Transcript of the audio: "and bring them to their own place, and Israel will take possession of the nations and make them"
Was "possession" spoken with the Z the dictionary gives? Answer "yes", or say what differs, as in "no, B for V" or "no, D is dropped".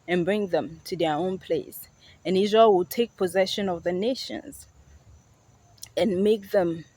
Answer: yes